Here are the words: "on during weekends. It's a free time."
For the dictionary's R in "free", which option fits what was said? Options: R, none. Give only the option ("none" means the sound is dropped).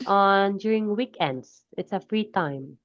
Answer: R